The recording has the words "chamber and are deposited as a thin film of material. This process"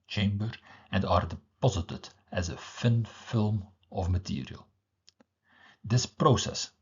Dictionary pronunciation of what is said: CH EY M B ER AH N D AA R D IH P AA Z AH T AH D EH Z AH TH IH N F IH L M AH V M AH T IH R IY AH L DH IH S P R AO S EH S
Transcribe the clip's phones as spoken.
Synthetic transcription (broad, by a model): CH EY M B ER AH N D AA R D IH P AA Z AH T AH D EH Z AH F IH N F IH L M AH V M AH T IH R IY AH L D IH S P R AO S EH S